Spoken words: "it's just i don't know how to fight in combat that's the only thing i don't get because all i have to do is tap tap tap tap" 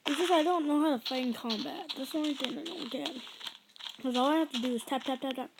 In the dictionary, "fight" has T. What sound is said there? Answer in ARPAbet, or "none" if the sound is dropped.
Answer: none